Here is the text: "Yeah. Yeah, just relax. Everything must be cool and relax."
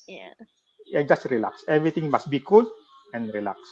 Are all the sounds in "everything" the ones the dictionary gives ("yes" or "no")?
no